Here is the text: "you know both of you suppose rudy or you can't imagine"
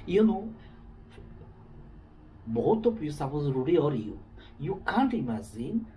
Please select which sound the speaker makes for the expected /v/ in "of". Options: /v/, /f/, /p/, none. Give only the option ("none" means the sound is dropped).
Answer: /p/